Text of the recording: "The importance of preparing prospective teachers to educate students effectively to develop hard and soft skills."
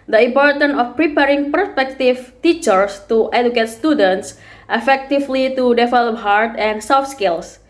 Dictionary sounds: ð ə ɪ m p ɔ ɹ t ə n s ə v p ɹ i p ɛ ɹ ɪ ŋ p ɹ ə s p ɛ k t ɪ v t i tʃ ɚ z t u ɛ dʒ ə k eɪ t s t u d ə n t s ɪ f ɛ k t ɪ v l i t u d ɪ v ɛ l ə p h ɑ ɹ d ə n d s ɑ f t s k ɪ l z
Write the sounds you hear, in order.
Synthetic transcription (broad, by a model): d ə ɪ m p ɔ ɹ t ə n ə f p ɹ i p ɛ ɹ ɪ ŋ p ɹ s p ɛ k t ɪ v t i tʃ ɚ s t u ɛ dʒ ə k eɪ t s t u d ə n t s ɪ f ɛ k t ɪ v l i t u d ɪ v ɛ l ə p h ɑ ɹ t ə n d s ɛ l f s k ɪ l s